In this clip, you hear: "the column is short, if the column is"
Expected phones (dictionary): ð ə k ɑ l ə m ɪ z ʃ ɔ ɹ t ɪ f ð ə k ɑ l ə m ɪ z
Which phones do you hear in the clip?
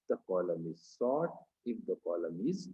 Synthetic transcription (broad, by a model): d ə k ɑ l ə m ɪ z s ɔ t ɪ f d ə k ɑ l ə m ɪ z